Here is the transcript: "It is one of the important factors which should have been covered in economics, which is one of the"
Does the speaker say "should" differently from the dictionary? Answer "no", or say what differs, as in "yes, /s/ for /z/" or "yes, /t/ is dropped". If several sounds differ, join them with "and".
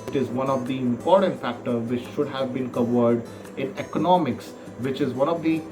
no